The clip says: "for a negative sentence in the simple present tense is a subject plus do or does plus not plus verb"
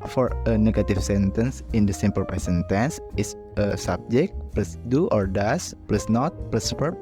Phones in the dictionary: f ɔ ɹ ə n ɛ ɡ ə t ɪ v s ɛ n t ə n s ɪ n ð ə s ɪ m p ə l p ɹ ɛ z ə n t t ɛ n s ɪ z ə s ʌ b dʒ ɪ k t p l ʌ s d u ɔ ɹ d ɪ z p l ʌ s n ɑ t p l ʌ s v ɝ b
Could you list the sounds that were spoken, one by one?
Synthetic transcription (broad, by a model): f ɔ ɹ ə n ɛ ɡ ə t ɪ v s ɛ n t ə n s ɪ n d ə s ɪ m p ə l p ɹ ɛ s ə n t t ɛ n s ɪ s ə s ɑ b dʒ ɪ k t p l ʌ s d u ɔ ɹ d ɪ s p l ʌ s n ɑ t p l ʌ s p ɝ